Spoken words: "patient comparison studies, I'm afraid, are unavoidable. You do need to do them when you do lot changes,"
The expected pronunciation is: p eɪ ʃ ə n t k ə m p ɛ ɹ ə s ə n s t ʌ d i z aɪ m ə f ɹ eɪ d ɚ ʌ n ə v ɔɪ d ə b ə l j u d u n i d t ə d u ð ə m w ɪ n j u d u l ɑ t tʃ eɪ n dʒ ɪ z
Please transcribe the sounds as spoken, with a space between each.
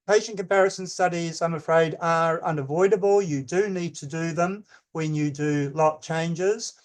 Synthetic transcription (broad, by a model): p eɪ ʃ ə n k ə m p ɛ ɹ ə s ə n s t ʌ d i z aɪ m ə f ɹ eɪ d ɚ ʌ n ə v ɔɪ d ə b ə l j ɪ d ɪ n i d t ə d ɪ ð ə m w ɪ n j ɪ d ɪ l ɑ t tʃ eɪ n dʒ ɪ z